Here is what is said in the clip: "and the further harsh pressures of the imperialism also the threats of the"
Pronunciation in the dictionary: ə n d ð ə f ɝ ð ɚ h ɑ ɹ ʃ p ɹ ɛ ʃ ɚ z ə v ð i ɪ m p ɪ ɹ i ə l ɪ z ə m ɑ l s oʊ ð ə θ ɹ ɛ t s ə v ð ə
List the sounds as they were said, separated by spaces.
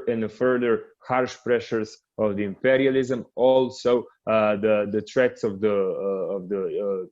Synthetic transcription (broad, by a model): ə n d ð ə f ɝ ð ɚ h ɑ ɹ ʃ p ɹ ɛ ʃ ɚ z ə v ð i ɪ m p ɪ ɹ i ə l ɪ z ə m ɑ l s oʊ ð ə t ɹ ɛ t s ə v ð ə